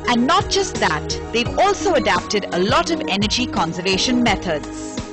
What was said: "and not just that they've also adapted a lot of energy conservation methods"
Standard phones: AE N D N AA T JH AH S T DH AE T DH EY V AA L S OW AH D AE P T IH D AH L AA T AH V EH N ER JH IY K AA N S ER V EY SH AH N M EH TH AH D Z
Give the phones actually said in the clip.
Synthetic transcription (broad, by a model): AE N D N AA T JH AH S T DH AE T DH EY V AA L S OW AH D AE P T IH D AH L AA T AH V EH N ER JH IY K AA N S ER V EY SH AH N M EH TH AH D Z